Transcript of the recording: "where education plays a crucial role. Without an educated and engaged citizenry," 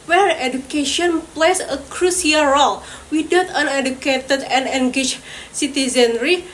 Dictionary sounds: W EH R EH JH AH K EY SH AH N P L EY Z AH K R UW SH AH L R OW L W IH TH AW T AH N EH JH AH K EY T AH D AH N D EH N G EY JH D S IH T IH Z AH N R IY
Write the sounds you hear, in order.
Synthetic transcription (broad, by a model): W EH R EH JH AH K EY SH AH N P L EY S AH K R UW S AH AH R OW L W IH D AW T AH N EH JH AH K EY T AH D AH N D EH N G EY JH S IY T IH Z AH N R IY